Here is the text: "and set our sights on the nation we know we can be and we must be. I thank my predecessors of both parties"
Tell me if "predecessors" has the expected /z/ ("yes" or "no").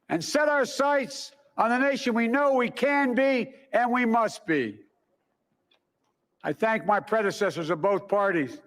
yes